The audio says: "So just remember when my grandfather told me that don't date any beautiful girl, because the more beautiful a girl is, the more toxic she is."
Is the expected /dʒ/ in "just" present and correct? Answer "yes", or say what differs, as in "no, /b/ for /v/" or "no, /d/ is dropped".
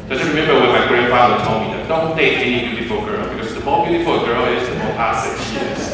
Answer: no, /z/ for /dʒ/